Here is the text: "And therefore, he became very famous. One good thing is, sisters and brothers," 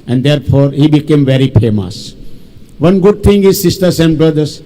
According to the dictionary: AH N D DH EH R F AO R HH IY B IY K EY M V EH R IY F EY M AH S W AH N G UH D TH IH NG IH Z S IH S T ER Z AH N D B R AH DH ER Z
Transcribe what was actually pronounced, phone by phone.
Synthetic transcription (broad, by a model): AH N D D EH R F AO R HH IY B IY K EY M V EH R IY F EY M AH S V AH N G UH D T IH NG IH Z S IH S T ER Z AH N D B R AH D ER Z